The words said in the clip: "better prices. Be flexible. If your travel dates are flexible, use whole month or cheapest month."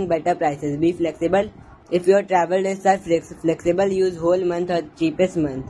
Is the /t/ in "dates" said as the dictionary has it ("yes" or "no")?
no